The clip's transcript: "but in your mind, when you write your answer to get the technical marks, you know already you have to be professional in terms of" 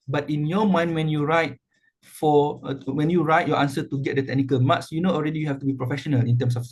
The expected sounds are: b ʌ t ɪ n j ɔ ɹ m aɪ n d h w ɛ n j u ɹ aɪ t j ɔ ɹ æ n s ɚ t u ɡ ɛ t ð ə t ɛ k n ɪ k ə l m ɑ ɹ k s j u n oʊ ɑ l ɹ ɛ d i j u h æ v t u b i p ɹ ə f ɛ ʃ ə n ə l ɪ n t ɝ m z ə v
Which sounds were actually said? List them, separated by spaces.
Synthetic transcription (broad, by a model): b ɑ t ɪ n j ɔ m aɪ n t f w ɛ n j u ɹ aɪ t j ɔ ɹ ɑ n s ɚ t u ɡ ɛ t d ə t ɛ k n ɪ k ə l m ɑ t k s j u n oʊ ɑ l ɹ ɛ d i j u h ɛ f t u b i p ɹ ə f ɛ ʃ ə n ə l ɪ n t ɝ m s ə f